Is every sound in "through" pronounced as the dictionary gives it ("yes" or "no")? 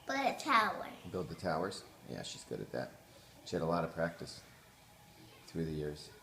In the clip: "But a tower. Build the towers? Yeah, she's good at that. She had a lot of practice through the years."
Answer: yes